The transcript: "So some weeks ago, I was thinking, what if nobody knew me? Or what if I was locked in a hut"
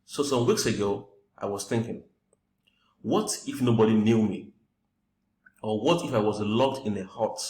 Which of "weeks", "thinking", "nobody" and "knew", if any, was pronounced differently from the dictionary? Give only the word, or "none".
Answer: none